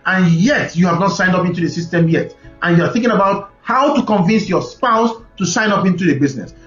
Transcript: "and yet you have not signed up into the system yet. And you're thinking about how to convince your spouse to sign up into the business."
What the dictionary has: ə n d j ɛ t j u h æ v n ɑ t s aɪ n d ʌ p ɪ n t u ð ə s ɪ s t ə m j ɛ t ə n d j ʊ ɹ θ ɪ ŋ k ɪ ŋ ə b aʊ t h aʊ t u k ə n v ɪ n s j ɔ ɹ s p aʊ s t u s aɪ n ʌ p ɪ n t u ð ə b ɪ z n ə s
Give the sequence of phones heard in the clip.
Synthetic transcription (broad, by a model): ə n j ɛ t j u h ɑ v n ɑ t s aɪ n d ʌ p ɪ n t u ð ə s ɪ s t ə m j ɛ t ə n j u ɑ θ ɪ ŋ k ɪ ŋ ə b aʊ t h aʊ t u k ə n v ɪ n s j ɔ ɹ s p aʊ s t u s aɪ n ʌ p ɪ n t u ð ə b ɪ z n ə s